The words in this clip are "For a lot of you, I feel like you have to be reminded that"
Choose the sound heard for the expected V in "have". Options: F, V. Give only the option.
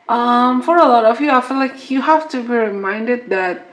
F